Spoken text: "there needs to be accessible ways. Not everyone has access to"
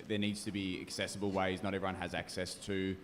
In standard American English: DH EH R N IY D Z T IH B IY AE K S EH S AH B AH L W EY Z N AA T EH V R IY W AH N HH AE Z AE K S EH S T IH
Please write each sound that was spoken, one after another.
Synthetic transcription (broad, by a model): DH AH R N IY D Z T IH B IY AE K S EH S AH B AH L W EY Z N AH T EH V R IY W AH N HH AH Z AE K S EH S T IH